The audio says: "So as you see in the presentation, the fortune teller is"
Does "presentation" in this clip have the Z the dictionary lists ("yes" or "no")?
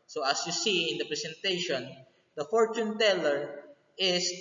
no